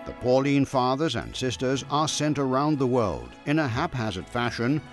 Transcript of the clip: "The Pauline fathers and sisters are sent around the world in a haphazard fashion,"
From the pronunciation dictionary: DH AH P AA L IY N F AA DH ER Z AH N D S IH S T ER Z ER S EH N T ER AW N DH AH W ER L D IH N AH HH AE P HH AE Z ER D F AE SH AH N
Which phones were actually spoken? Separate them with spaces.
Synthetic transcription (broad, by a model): DH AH P AA L IY N F AA DH ER Z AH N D S IH S T ER Z ER S EH N T ER AW N DH AH W ER L D IH N AH HH AE P HH AE Z ER D F AE SH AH N